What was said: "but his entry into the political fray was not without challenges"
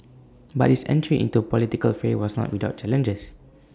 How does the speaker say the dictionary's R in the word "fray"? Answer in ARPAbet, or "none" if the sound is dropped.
none